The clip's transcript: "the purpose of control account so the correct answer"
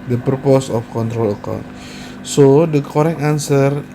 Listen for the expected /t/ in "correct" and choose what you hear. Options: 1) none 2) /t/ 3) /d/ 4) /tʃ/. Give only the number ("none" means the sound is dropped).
1